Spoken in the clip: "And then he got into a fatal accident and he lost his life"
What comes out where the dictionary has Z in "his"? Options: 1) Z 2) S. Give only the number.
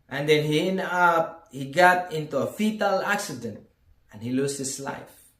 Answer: 2